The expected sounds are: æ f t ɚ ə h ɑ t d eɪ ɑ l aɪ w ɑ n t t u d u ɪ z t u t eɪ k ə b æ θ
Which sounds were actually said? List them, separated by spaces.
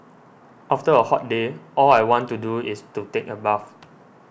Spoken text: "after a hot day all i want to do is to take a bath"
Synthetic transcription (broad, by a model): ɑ f t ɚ ə h ɑ t d eɪ ɑ l aɪ w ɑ n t t u d u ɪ s t u t eɪ k ə b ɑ f